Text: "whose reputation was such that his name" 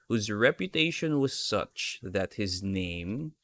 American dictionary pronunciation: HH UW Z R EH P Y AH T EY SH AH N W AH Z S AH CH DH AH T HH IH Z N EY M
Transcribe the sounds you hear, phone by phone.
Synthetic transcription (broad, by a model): HH UW Z R EH P Y AH T EY SH AH N W AH Z S AH CH DH AH T HH IH Z N EY M